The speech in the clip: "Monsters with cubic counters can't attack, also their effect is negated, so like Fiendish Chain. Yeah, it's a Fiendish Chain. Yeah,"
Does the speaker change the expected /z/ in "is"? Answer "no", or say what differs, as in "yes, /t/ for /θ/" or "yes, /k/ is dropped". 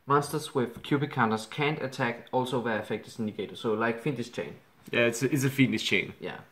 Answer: yes, /s/ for /z/